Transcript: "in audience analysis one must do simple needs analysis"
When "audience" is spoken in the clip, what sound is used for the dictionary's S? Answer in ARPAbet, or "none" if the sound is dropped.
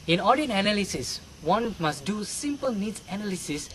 none